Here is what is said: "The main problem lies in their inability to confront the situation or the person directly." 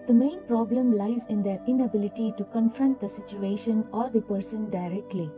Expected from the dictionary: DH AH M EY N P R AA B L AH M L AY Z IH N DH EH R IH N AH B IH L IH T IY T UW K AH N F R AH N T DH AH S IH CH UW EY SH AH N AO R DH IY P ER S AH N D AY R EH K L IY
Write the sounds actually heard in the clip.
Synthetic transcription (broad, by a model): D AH M EY N P R AA B L AH M L AY Z IH N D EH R IH N AH B IH L IH T IY T UW K AH N F R AH N T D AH S IH CH UW EY SH AH N AO R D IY P ER S AH N D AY R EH K L IY